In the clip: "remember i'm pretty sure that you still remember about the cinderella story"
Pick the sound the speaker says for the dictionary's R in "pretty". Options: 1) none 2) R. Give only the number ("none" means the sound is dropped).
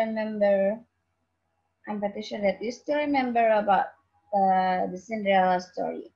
1